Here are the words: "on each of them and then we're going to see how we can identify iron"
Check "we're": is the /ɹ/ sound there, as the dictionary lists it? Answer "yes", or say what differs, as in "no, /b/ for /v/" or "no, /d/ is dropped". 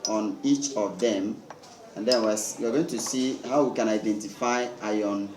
no, /w/ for /ɹ/